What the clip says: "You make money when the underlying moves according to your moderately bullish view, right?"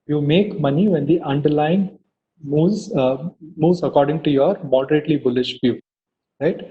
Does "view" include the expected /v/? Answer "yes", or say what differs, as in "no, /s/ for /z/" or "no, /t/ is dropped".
no, /f/ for /v/